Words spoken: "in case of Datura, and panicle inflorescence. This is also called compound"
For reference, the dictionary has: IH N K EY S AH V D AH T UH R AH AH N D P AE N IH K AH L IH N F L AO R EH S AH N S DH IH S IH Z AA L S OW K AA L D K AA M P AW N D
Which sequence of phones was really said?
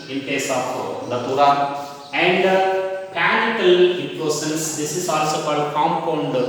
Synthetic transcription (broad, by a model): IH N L EY S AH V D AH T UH R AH AH N D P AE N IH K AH L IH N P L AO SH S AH N S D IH S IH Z AA L S OW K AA D K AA M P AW N D